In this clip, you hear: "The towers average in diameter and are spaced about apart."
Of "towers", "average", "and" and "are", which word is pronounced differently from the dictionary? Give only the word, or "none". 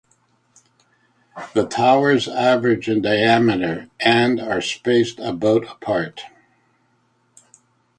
none